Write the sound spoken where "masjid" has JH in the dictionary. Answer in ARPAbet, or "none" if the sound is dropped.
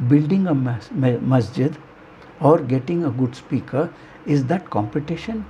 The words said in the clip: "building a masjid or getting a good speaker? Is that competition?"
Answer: JH